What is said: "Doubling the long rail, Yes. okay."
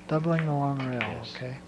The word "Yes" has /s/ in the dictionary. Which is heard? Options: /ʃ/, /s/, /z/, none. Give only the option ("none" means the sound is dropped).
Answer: none